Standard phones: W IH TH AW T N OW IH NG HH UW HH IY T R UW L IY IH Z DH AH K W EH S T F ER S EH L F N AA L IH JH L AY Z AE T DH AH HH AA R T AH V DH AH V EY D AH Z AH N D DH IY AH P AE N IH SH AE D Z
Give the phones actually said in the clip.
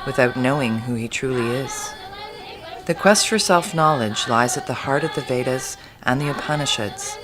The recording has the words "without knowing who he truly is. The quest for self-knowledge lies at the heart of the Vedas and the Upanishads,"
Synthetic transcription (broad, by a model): W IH TH AW T N OW IH NG HH UW IY T R UW L IY IH Z DH AH K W EH S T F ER S EH L F N AA L IH JH L AY Z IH T DH AH HH AA R T AH V DH AH V EY D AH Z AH N DH IY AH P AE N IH SH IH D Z